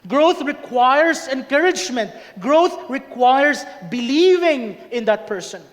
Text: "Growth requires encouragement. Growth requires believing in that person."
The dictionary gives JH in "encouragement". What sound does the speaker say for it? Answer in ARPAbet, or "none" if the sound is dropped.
JH